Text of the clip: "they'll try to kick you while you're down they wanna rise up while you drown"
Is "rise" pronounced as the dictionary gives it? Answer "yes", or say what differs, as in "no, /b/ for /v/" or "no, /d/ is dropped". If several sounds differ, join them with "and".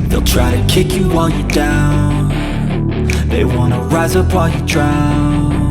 yes